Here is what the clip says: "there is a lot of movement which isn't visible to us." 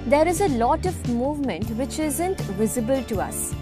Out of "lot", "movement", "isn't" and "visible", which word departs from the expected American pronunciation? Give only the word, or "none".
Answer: none